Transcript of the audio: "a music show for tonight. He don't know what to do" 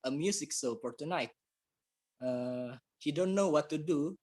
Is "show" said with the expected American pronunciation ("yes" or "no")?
no